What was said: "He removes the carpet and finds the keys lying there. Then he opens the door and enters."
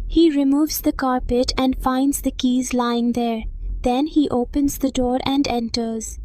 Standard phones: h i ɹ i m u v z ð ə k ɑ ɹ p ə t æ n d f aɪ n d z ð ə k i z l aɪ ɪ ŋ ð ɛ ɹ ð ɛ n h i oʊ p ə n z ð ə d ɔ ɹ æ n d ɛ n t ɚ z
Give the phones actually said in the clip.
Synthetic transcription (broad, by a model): h i ɹ i m u v z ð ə k ɑ ɹ p ə t æ n d f aɪ n d z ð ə k i z l aɪ ɪ ŋ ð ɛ ɹ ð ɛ n h i oʊ p ə n z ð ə d ɔ ɹ æ n d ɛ n t ɚ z